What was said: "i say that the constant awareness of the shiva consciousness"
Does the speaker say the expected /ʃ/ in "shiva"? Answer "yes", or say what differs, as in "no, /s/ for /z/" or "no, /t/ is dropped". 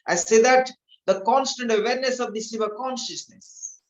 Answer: no, /s/ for /ʃ/